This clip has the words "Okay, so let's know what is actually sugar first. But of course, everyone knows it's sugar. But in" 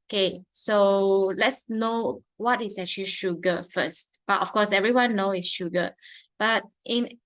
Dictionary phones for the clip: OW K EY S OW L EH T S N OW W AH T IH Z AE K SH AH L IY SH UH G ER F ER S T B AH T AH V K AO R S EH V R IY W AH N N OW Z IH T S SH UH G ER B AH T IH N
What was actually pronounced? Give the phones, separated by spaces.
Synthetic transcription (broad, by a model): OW K EY S OW L EH T S N OW W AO T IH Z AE K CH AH L IY SH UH G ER F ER S T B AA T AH F K AO S EH V R IY W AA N N OW IH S SH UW G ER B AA T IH N